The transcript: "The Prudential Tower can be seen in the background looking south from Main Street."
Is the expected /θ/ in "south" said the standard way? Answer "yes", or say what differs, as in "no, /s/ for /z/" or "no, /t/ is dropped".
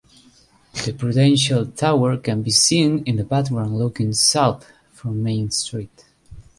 yes